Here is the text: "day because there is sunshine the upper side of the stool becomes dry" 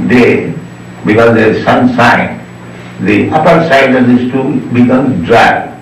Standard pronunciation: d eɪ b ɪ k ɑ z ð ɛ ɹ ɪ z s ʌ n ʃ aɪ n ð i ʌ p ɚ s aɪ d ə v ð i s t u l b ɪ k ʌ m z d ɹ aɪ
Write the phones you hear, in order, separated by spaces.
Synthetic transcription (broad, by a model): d eɪ b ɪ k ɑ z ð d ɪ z s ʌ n s aɪ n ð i ʌ p ɚ s aɪ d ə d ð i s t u b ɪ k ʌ m d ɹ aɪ